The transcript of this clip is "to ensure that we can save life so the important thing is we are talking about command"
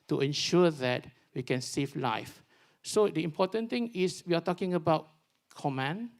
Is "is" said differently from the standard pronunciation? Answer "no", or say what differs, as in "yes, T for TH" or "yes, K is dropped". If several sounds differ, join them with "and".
yes, S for Z